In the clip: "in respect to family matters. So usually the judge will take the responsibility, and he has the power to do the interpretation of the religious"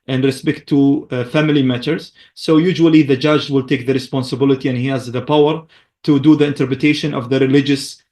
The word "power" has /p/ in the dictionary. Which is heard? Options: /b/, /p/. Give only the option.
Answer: /p/